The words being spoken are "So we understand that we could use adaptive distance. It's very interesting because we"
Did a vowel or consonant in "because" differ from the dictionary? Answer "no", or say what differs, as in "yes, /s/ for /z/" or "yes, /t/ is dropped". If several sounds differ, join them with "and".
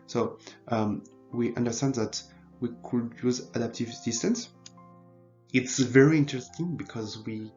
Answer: no